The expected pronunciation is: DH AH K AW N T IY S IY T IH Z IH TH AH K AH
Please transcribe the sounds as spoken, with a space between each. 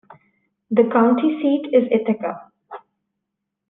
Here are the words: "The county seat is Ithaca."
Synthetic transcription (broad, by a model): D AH K AW N T IY S IY T IH Z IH T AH K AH